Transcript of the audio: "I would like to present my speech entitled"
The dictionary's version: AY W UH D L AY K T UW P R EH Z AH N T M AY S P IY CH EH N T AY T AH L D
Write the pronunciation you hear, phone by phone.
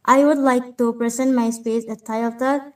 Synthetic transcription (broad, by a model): AY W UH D L AY K T UW P R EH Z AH N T M AY S P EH S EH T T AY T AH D